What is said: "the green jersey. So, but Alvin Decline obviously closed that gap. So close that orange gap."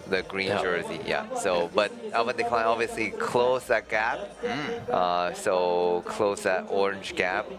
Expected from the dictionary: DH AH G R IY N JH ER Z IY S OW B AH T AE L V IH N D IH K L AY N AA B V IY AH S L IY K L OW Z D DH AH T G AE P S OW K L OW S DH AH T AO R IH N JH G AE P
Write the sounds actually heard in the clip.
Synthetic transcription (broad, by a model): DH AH G R IY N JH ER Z IY S OW B AH T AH V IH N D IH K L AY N AA B V IY AH S L IY K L OW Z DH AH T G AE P S OW K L OW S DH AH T AO R IH N JH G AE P